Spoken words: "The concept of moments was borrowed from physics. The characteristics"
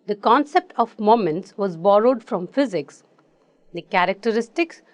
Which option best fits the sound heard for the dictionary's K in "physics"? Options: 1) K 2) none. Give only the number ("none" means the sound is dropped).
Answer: 1